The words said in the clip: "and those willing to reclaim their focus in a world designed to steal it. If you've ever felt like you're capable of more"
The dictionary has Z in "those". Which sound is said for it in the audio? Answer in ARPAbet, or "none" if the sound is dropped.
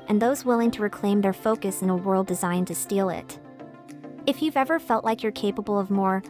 Z